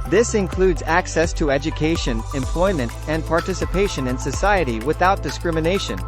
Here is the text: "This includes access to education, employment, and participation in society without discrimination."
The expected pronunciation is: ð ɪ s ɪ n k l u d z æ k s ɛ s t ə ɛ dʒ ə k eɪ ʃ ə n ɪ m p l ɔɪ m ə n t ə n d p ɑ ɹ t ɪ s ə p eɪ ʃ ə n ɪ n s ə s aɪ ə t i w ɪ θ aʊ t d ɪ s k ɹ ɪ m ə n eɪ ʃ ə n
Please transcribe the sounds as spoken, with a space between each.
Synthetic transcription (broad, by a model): ð ɪ s ɪ n k l u d z æ k s ɛ s t ə ɛ dʒ ə k eɪ ʃ ə n ɪ m p l ɔɪ m ə n t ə n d p ɑ ɹ t ɪ s ə p eɪ ʃ ə n ɪ n s ə s aɪ ə t i w ɪ θ aʊ t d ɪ s k ɹ ɪ m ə n eɪ ʃ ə n